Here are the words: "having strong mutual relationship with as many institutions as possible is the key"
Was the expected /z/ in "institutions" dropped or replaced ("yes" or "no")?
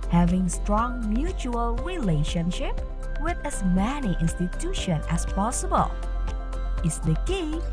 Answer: yes